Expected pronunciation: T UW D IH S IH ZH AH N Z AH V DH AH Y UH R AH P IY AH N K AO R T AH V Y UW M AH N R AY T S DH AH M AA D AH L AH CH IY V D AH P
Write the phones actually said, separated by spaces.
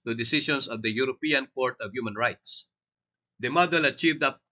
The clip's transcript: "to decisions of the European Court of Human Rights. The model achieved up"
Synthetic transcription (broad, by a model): T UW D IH S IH SH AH N S AH V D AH Y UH R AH P IY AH N K AO R T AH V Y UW M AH N R AY T S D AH M AA D AH L AH CH IY V D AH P